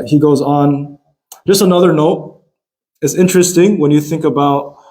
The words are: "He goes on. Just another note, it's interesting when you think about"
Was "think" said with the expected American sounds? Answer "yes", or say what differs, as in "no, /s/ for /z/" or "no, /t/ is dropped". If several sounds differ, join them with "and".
yes